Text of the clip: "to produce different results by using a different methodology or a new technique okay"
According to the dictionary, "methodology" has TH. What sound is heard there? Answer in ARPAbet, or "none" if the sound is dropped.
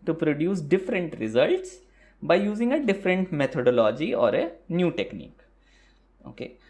T